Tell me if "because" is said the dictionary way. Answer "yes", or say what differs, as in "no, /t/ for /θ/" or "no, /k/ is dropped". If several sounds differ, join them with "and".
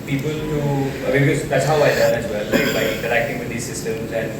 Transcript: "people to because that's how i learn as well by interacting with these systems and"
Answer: no, /k/ is dropped